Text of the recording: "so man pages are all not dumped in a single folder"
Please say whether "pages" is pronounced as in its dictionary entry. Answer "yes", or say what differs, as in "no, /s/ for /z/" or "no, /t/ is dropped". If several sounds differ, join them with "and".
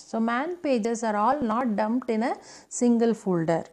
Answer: no, /s/ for /z/